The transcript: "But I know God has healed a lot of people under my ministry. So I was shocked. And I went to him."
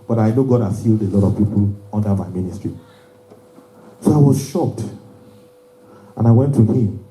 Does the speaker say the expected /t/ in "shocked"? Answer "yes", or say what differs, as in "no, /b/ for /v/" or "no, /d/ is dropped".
yes